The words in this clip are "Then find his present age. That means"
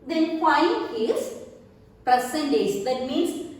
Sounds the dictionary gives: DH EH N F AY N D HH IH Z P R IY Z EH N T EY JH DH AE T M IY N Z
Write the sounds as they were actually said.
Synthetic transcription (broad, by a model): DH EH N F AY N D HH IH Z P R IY S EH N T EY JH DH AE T M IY N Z